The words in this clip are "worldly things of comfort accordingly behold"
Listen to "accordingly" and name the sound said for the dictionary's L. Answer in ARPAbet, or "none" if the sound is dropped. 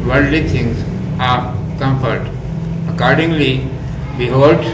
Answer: L